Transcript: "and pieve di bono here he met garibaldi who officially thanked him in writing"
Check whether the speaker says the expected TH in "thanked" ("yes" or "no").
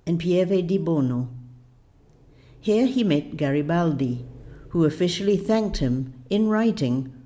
yes